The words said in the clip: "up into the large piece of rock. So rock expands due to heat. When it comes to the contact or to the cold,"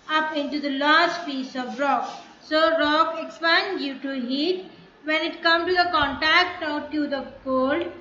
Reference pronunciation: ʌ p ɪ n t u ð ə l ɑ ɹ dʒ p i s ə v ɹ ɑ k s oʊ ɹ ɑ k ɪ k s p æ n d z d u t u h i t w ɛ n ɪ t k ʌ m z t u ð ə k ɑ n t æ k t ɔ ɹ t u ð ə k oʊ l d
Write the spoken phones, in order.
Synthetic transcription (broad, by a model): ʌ p ɪ n t u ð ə l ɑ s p i s ə v ɹ ɑ k s oʊ ɹ ɑ k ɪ k s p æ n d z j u t u h i t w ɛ n ɪ t k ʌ m t u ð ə k ɑ n t æ k t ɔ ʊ t u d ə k oʊ l d